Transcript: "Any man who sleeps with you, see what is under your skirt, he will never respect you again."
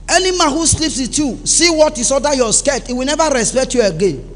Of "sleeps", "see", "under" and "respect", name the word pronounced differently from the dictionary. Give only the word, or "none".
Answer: under